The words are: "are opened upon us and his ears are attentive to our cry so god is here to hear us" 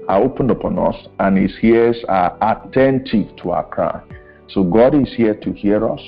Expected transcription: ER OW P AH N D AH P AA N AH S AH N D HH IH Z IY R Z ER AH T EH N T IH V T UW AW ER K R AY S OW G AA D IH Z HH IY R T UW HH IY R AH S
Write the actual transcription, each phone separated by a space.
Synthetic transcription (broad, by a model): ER OW P AH N D AH P AA N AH S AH N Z HH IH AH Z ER AH T EH N T IH V T UW AW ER K R AY S OW G AA D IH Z HH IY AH T UW HH IY R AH S